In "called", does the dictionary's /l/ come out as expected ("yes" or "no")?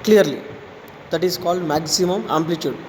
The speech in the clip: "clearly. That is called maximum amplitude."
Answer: yes